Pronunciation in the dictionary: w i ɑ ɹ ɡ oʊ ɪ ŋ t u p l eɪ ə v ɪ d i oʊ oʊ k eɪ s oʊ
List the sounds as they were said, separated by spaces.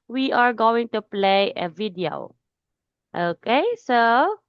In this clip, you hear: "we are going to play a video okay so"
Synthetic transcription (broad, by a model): w i ɑ ɹ ɡ oʊ ɪ ŋ t u p l eɪ ə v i d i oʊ oʊ k eɪ s oʊ